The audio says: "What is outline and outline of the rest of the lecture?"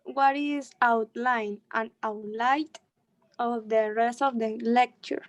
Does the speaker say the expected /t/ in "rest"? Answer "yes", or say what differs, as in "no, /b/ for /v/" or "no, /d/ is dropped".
yes